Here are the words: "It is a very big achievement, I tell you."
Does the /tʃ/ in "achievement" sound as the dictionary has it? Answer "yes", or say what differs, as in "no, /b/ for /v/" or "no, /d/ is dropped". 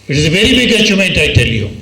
no, /s/ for /tʃ/